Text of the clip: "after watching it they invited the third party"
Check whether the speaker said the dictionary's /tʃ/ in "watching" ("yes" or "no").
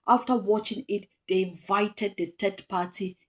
yes